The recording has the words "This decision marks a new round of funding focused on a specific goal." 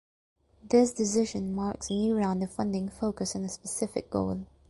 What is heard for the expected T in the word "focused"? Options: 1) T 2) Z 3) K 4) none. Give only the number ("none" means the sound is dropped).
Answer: 4